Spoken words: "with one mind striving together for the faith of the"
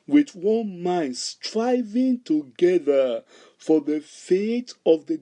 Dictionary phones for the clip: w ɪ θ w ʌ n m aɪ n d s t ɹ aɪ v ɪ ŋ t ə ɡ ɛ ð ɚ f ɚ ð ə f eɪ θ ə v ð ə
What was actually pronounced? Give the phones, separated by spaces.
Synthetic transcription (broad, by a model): w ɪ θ w ʌ n m aɪ n d s t ɹ aɪ v ɪ ŋ t ə ɡ ɛ ð ɚ f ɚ ð ə f eɪ t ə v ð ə